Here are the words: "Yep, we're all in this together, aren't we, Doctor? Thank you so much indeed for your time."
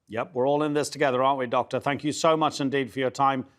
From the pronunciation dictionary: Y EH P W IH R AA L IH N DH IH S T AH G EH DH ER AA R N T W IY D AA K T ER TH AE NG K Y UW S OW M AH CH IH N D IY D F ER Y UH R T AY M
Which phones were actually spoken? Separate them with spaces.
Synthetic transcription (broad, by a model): Y EH P W IH R AA L IH N DH IH S T AH G EH DH ER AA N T W IY D AA K T ER TH AE NG K Y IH S OW M AH CH IH N D IY D F ER Y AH R T AY M